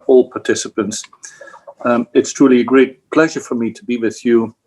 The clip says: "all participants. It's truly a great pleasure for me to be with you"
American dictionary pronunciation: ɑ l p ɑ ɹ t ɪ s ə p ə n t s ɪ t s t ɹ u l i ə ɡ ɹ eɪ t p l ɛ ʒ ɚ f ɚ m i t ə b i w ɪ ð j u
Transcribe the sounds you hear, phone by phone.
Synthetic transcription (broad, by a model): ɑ l p ɑ ɹ t ɪ s ə p ə n t s ɪ t s t ɹ u l i ə ɡ ɹ eɪ t p l ɛ ʒ ɚ f ɚ m i t ə b i w ɪ ð j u